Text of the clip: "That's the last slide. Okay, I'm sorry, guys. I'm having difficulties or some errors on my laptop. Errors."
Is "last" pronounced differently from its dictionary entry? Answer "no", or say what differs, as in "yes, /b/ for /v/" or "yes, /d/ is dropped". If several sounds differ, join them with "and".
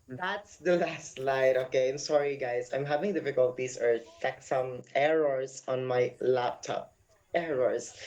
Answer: no